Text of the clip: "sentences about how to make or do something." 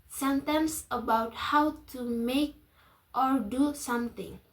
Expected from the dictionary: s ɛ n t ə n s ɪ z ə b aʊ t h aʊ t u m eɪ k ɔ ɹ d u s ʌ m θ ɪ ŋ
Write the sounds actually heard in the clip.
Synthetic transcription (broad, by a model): s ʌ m t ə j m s ə b aʊ t h aʊ t u m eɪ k ɔ ɹ d u s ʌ m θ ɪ ŋ